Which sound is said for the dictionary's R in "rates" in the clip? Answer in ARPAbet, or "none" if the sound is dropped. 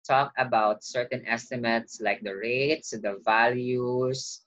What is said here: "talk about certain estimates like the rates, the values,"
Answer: R